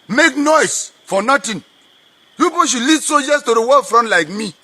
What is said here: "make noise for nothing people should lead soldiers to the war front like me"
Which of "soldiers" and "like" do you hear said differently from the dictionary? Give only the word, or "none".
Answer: soldiers